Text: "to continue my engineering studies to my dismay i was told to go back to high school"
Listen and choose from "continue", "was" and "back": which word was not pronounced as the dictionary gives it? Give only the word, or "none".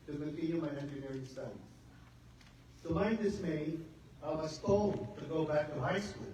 was